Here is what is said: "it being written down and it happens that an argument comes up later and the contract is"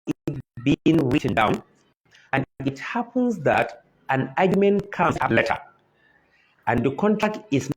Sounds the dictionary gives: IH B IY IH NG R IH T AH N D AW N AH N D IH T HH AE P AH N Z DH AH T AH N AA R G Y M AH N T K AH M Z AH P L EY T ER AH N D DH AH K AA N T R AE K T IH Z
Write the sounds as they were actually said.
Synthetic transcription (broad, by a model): B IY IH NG R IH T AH N D AW N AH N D IH T HH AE P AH N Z DH AH T AH N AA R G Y M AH N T K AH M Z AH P L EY T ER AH N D DH AH K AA N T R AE K T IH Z